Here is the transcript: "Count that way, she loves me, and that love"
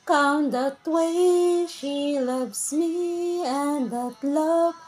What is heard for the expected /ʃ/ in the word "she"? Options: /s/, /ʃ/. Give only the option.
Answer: /ʃ/